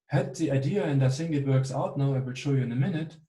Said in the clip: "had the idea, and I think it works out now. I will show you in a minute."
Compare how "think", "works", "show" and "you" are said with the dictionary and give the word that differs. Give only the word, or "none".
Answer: think